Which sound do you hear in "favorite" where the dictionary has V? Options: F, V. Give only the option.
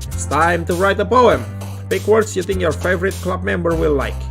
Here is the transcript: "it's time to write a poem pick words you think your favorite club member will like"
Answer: V